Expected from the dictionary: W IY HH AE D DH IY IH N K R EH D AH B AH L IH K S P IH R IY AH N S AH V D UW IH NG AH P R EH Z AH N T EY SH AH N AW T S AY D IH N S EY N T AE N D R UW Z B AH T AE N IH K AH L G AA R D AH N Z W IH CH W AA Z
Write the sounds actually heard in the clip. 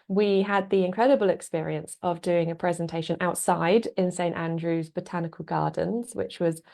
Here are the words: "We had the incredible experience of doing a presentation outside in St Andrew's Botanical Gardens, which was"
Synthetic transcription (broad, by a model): W IY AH D DH IY IH N K R EH D AH B AH L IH K S P IH R IY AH N S AH V D UW IH NG AH P R EH Z AH N T EY SH AH N AW T S AY D IH N S EY N T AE N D R UW Z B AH T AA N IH K AH L G AA D N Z W IH CH W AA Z